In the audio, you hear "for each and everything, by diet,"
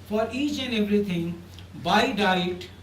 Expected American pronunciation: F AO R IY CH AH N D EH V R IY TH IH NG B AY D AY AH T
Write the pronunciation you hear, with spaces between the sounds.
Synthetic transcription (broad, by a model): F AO R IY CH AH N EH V R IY T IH NG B AY D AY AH T